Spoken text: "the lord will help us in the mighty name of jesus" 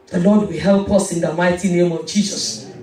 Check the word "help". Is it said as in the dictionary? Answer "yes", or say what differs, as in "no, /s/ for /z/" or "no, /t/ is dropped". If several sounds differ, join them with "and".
yes